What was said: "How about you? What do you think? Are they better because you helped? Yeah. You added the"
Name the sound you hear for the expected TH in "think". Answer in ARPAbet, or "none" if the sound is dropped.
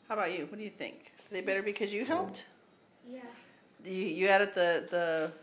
TH